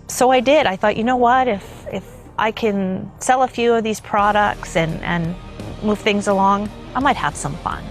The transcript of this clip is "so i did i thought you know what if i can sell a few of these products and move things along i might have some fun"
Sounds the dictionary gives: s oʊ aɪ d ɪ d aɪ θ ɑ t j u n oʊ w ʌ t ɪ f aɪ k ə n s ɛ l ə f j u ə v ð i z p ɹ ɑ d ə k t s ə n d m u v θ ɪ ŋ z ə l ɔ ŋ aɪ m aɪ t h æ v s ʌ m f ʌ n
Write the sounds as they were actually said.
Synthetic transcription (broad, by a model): s oʊ aɪ d ɪ d aɪ θ ɑ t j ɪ n oʊ w ʌ t ɪ f aɪ k ə n s ɛ l ə f j u ə v ð i z p ɹ ɑ d ə k t s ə n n m u v θ ɪ ŋ z ə l ɔ ŋ aɪ m aɪ t h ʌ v s ʌ m f ʌ n